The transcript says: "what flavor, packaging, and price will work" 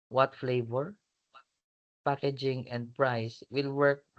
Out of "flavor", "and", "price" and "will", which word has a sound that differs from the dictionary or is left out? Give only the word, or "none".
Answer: none